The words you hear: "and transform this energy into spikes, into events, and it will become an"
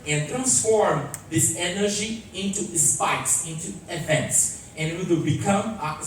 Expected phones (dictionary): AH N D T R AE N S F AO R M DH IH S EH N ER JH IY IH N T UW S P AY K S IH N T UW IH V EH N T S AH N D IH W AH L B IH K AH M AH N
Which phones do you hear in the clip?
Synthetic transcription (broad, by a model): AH N T R AE N S F AO R M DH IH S EH N ER JH IY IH N T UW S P AY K S IH N T UW IH V EH N T S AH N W IH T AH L B IH K AH M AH